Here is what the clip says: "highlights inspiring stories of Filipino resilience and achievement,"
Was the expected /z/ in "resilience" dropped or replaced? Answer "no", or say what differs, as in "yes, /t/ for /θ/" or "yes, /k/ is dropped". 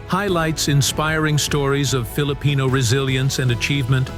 no